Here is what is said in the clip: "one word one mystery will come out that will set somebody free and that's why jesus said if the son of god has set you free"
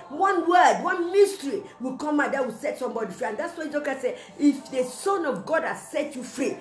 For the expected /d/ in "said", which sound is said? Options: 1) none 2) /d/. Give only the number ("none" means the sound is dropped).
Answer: 1